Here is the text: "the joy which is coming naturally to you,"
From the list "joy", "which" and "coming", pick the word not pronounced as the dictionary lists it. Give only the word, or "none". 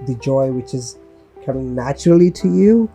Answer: coming